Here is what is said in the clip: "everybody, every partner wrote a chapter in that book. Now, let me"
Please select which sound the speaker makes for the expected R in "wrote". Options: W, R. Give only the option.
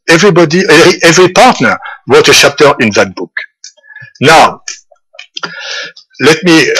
W